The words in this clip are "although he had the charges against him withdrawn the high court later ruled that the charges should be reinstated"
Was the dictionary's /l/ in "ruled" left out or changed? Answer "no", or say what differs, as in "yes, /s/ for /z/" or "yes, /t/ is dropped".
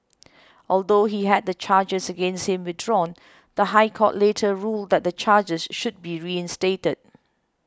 no